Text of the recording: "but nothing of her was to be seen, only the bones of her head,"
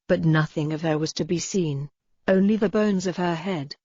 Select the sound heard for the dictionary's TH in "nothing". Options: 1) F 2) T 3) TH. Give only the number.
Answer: 3